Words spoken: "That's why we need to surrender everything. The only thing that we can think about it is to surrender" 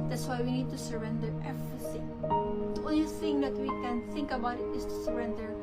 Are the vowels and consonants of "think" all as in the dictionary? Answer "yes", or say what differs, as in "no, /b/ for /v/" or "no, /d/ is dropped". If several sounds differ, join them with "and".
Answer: yes